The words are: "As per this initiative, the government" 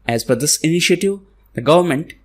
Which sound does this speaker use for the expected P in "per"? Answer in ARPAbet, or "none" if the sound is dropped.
F